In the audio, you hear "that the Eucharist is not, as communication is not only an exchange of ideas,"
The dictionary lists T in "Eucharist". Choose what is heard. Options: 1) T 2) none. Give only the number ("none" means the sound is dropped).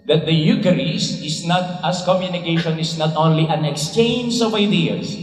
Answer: 2